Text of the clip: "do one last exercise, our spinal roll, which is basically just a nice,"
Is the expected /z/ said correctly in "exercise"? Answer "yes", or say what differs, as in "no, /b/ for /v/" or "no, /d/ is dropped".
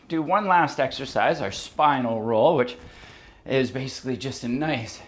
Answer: yes